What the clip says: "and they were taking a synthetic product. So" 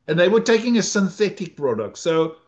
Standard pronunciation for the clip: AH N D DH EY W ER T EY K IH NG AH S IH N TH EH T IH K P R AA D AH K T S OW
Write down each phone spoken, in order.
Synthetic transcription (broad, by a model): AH N DH EY W ER T EY K IH NG AH S IH N TH EH T IH K P R AA D AH K T S OW